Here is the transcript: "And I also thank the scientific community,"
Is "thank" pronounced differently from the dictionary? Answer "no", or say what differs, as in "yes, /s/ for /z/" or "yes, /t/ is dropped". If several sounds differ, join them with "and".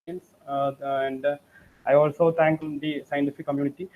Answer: yes, /t/ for /θ/